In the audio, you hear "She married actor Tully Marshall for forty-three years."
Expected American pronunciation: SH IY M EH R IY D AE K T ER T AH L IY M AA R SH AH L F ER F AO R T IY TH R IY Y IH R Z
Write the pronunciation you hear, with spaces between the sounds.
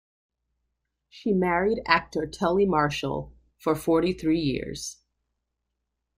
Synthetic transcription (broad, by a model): SH IY M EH R IY D AE K T ER T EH L IY M AA R SH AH L F ER F AO R T IY TH R IY Y IH R Z